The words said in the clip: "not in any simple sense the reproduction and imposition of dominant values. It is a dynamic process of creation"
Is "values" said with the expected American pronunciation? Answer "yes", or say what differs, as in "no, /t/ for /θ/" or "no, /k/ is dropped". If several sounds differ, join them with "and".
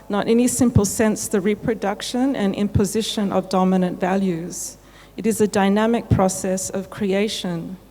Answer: yes